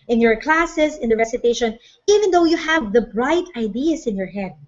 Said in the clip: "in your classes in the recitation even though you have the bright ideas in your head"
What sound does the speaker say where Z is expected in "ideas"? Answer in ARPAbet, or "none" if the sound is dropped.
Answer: S